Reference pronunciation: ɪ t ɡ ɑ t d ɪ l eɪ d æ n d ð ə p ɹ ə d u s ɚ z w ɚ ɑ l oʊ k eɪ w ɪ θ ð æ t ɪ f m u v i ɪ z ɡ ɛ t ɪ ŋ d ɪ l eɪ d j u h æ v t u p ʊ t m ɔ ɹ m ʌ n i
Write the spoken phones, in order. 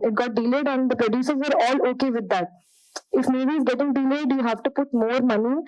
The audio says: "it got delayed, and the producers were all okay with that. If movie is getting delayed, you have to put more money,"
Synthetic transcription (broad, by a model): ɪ t ɡ ɑ t d ɪ l eɪ d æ n d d ə p ɹ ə d u s ɚ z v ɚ ɑ l oʊ k eɪ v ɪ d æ t ɪ f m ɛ b i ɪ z ɡ ɛ t ɪ ŋ d ɪ l eɪ d j u h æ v t u p ʊ t m ɔ ɹ m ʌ n i